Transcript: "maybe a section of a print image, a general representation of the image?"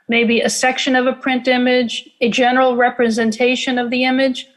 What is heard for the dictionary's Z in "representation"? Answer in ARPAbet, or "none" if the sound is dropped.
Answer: Z